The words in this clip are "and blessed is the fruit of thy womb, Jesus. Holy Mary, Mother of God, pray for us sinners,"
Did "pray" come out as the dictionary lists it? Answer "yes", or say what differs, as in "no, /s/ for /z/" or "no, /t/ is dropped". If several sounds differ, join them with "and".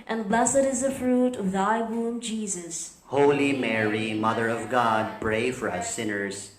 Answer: no, /b/ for /p/